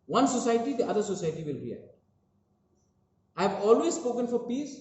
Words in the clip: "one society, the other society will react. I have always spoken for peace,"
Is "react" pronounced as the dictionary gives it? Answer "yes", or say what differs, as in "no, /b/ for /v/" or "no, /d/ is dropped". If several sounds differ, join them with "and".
no, /k/ is dropped